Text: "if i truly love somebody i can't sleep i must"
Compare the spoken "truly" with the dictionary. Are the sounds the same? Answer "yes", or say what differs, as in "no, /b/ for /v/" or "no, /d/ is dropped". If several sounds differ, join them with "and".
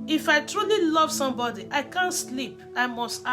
yes